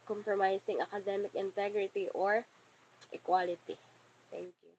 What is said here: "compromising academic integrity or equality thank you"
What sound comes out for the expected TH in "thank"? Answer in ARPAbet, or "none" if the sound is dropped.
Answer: T